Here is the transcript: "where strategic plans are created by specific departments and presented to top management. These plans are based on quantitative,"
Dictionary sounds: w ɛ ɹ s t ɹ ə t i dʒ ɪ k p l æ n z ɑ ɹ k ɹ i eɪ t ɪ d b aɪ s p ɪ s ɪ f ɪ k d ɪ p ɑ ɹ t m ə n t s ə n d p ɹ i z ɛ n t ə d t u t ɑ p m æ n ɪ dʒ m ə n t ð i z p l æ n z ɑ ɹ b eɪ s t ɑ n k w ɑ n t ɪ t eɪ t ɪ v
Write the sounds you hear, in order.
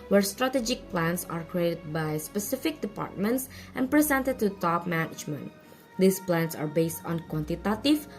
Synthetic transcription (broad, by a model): w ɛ ɹ s t ɹ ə t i dʒ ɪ k p l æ n s ɑ ɹ k ɹ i eɪ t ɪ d b aɪ s p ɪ s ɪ f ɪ k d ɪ p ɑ ɹ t m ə n t s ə n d p ɹ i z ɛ n t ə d t u t ɑ p m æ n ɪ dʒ m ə n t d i s p l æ n s ɑ ɹ b eɪ s t ɑ n k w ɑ n t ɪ t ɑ t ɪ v